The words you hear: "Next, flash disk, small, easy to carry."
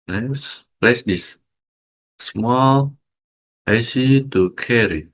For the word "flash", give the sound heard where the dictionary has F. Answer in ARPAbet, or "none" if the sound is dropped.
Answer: P